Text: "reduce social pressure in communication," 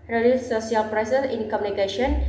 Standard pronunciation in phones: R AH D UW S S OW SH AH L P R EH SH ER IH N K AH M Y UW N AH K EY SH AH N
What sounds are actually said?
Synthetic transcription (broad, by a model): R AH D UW S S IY AH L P R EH S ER IH N K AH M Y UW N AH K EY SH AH N